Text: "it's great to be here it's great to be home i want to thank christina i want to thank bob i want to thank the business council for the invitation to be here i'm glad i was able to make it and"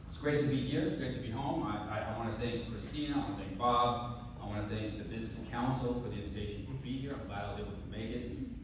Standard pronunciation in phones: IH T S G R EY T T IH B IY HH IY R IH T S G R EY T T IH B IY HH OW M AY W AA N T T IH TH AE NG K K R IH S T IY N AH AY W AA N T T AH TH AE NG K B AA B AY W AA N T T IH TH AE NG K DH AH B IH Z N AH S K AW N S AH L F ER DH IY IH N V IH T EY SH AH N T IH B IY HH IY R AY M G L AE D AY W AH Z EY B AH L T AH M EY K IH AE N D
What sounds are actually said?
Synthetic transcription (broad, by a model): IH T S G R EY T T IH B IY HH IY R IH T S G R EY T T IH B IY HH OW M AY W AA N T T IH TH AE NG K K R IH S T IY N AH AY W AA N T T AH TH AE NG K B AA B AY W AA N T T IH TH AE NG K DH AH B IH Z N AH S K AW N S L F ER DH IY IH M V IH T EY SH N T IH B IY HH IY R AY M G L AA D AY W AH Z EY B L T AH M EY K IH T